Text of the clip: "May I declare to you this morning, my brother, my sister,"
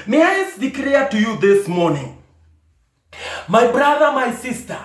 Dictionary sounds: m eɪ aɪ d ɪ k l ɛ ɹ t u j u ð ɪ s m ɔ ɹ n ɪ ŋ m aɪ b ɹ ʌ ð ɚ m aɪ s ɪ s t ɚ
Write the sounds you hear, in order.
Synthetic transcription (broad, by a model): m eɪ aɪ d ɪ k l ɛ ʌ t u j u ð ɪ s m ɔ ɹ n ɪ ŋ m aɪ b ɹ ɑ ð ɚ m aɪ s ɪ s t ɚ